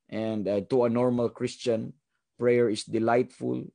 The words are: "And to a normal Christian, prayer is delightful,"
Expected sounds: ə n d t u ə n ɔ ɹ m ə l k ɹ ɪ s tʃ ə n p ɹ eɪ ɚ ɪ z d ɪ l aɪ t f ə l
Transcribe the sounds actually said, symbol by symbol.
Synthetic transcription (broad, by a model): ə n d t u ə n ɔ ɹ m ə l k ɹ ɪ s tʃ ə n p ɹ eɪ ɚ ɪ s d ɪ l aɪ t f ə l